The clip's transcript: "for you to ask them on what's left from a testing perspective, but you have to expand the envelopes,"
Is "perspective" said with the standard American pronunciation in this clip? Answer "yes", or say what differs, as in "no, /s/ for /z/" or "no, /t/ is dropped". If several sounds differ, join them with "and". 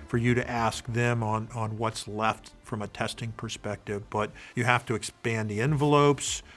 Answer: yes